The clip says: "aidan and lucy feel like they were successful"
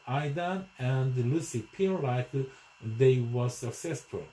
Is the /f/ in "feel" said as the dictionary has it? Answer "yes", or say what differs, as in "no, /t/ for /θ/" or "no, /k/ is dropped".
no, /p/ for /f/